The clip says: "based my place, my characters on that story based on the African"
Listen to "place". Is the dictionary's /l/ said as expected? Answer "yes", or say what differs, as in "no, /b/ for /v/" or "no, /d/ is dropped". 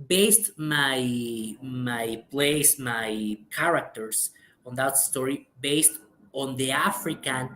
yes